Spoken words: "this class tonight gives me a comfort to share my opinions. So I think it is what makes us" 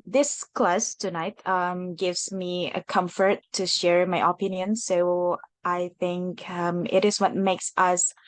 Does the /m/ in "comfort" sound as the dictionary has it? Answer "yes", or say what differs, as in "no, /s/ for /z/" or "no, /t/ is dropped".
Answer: yes